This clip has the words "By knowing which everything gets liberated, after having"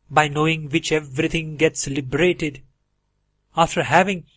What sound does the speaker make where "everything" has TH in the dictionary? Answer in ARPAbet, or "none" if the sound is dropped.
T